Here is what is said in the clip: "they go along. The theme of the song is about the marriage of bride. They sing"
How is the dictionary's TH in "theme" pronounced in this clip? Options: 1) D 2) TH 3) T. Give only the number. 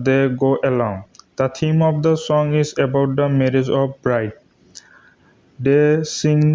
3